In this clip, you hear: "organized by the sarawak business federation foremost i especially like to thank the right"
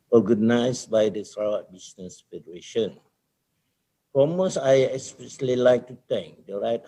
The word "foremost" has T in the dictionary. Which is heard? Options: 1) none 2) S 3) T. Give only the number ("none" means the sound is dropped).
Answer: 1